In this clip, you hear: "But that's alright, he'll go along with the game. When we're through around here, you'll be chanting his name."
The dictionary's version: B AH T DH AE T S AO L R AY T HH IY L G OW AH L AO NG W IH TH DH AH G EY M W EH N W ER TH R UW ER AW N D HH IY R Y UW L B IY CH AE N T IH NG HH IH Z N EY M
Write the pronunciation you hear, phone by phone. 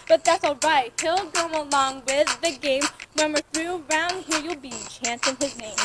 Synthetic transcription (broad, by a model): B AH T DH AE T S AO L R AY T HH IY L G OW AH L AO NG W IH DH AH G EY M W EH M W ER TH R UW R AW N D HH IY R Y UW L B IY CH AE N S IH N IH Z N EY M